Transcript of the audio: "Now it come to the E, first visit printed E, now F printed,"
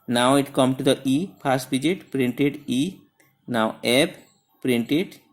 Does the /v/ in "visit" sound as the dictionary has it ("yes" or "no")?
no